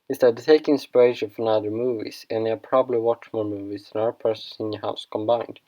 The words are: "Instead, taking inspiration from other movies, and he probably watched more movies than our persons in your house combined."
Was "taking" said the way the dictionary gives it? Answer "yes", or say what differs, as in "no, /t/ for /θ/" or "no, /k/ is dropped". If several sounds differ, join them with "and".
no, /k/ is dropped